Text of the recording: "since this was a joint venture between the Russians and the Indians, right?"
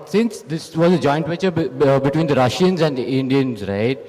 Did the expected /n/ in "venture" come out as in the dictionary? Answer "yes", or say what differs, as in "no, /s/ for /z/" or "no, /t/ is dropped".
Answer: no, /n/ is dropped